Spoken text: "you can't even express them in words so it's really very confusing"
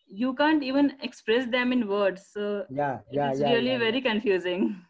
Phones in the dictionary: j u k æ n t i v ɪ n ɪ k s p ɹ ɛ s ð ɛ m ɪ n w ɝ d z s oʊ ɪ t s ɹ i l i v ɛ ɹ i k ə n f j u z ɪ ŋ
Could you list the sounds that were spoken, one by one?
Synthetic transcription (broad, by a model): j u k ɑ n t i v ɪ n ɪ k s p ɹ ɛ s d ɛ m ɪ n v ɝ d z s oʊ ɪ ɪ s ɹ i l i v ɛ ɹ i k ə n f j u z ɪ ŋ